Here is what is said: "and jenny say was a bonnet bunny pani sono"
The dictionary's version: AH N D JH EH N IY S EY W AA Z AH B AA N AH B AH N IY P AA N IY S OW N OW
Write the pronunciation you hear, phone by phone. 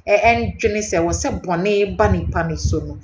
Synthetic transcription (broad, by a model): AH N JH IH N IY S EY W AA S AH B AA N AH B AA N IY P AA N IY S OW N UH